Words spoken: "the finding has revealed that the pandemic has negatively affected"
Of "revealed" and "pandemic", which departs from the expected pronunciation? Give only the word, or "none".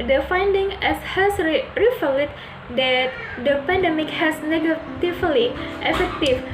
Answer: revealed